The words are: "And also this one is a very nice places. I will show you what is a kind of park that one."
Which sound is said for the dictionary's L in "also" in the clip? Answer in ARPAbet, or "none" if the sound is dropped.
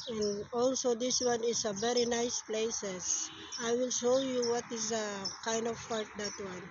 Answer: L